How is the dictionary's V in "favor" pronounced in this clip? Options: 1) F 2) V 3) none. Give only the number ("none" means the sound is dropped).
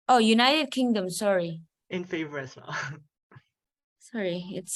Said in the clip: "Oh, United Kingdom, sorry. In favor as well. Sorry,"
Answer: 2